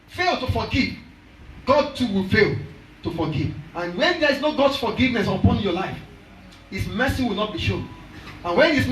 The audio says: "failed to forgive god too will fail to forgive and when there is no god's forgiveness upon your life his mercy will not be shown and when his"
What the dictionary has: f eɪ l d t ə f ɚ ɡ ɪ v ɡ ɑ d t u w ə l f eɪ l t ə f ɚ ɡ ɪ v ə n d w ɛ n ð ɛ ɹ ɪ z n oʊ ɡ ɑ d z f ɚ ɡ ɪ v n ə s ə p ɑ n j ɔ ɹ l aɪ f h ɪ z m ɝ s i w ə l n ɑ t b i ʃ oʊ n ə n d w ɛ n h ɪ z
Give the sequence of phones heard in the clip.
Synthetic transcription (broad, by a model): f eɪ l t ə f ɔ ɡ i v ɡ ɑ d t u w ə l f eɪ l t ə f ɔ ɡ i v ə n w ɛ n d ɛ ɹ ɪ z n oʊ ɡ ɑ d s f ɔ ɡ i v n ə s ə p ɑ n j ɔ l aɪ f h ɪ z m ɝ s i w ə l n ɑ t b i ʃ oʊ n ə n w ɛ n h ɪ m